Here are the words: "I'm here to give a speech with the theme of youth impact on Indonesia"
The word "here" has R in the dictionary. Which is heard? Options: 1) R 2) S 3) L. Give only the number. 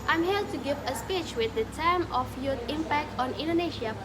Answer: 3